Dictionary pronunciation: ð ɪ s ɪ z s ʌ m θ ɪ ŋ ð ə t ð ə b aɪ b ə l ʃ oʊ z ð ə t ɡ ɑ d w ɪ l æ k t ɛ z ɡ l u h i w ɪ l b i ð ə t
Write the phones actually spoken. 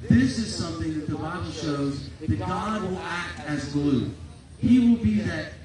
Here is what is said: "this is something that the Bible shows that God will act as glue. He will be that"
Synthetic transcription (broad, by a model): ð ɪ s ɪ z s ʌ m θ ɪ ŋ ð ə t ð ə b aɪ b l ʃ oʊ z ð ə t ɡ ɑ d w ɪ l æ k t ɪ z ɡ l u h i w ɪ l b i ð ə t